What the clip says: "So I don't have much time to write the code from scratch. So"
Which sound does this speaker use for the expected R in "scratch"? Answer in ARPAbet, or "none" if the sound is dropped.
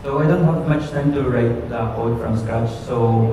none